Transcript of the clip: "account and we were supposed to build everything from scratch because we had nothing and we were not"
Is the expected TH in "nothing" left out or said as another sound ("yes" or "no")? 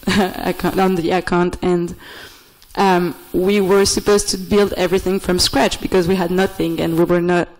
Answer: no